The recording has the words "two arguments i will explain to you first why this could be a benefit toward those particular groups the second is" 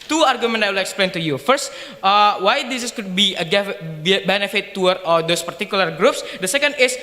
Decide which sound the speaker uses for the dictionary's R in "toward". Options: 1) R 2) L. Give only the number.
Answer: 2